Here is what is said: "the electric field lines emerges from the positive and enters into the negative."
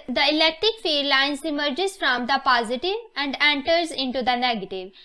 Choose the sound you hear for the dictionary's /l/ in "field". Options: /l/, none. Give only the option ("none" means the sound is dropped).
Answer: none